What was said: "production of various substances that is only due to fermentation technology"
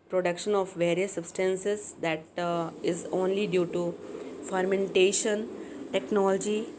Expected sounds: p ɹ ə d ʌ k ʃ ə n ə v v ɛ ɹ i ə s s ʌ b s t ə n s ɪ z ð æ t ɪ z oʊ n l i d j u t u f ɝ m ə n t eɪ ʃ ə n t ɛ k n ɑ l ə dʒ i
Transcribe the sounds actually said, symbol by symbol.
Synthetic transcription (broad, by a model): p ɹ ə d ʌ k ʃ ə n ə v v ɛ ɹ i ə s s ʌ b s t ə n s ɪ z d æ t ɪ z oʊ n l i d j u t u f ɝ m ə n t eɪ ʃ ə n t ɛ k n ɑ l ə dʒ i